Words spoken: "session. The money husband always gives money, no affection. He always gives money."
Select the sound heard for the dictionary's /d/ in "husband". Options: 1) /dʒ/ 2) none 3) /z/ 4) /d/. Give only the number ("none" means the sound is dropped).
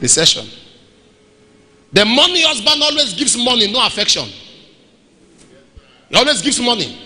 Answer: 2